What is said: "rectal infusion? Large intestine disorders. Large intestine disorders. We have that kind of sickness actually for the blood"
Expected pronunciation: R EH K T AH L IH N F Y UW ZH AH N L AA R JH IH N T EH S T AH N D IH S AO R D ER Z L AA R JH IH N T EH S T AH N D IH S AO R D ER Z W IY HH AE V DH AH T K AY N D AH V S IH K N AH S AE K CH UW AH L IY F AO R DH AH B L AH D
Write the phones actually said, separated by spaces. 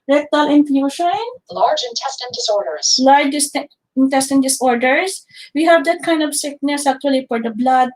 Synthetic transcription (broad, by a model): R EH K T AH L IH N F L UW SH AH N L AA R JH IH N T EH S T AH N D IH S AO R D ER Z L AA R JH IH N T EH S T AH N D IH S AO R D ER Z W IY HH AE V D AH T K AY N D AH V S IH K N AH S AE K CH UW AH L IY F AO R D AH B L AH D